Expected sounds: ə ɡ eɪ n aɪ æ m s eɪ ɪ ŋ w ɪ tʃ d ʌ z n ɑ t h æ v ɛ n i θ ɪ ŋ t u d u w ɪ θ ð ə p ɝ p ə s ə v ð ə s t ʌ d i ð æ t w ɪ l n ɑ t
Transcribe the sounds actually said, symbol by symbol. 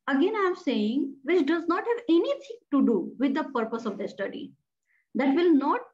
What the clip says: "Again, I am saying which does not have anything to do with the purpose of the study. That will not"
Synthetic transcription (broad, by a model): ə ɡ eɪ n aɪ m s eɪ ɪ ŋ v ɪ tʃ d ʌ z n ɑ t h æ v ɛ n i t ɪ ŋ t u d u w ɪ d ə p ɝ p ə s ə v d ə s t ʌ d i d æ t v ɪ l n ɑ t